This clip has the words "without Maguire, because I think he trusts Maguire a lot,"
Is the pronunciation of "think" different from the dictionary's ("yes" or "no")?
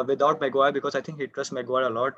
yes